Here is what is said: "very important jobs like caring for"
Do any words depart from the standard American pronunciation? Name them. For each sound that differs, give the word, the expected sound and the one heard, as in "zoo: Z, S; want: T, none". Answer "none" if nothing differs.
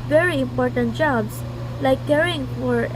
jobs: Z, S